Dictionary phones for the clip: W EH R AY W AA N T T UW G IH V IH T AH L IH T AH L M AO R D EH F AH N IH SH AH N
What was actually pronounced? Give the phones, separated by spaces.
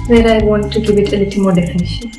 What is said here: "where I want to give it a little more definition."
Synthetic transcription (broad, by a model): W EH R AY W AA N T T UW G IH B IH T AH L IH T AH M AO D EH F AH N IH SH